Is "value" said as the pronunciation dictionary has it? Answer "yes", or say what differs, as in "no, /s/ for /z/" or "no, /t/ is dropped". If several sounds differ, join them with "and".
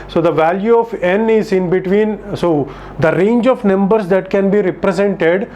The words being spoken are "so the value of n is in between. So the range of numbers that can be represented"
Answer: yes